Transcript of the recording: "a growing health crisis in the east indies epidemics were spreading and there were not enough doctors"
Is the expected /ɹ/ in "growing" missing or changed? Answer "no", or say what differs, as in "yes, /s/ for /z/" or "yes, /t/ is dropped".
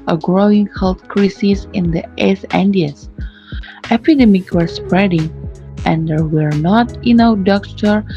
no